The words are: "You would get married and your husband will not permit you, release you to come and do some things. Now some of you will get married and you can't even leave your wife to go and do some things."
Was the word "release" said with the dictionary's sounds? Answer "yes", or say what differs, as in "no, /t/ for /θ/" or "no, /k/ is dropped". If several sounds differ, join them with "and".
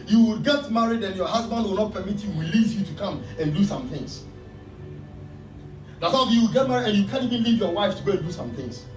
no, /w/ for /ɹ/